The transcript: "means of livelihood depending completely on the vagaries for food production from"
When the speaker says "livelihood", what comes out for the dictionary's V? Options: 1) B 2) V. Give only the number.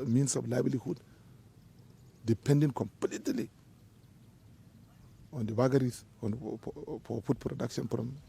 1